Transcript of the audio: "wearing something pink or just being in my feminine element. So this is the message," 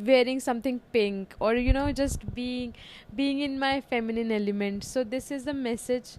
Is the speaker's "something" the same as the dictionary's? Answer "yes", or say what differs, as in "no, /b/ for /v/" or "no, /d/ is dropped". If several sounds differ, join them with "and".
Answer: no, /t/ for /θ/